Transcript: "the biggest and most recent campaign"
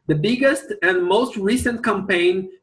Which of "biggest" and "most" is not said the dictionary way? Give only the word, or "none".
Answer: none